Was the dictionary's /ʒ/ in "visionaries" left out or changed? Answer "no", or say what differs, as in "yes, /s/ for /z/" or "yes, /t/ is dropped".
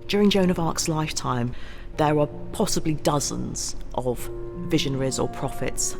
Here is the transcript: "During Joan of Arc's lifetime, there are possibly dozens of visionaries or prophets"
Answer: no